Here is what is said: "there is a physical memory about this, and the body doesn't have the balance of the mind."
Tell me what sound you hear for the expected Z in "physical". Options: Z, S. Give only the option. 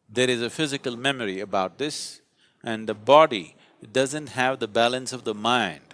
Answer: Z